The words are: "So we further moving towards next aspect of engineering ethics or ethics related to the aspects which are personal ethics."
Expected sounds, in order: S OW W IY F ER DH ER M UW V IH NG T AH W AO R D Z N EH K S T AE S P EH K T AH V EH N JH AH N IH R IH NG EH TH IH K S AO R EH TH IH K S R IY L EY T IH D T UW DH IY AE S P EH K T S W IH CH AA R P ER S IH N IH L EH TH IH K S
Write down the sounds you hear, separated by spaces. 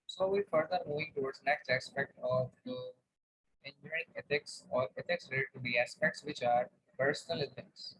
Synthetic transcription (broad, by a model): S OW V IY F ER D ER M UW V IH NG T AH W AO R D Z N EH K S T AE S P EH K T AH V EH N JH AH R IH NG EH T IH K S AO R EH T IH K S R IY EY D T UW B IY AE S P EH K T S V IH CH AA R P ER S IH N IH L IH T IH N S